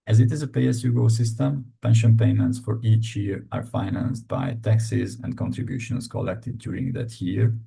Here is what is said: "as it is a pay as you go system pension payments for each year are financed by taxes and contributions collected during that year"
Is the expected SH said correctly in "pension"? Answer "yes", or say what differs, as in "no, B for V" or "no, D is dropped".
yes